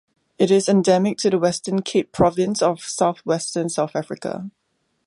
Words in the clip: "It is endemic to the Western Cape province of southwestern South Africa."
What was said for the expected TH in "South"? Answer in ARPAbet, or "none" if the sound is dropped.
TH